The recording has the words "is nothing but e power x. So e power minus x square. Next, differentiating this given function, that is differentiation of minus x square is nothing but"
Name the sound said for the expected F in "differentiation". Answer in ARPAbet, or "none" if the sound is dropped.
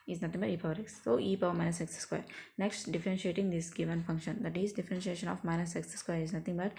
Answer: F